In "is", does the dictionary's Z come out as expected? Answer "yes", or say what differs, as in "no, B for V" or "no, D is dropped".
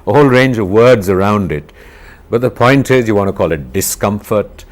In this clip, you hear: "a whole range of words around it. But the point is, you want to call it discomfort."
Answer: yes